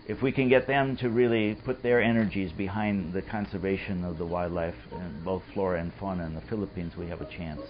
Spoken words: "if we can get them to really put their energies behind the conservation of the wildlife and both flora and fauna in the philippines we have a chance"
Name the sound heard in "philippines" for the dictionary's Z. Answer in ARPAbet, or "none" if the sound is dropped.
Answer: Z